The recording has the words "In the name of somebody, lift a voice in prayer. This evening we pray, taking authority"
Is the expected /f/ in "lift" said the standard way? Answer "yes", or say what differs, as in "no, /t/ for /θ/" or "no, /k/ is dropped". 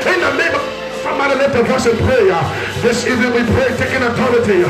no, /f/ is dropped